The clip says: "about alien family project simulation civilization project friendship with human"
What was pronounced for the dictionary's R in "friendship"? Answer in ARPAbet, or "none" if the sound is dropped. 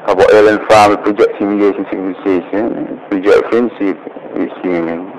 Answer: none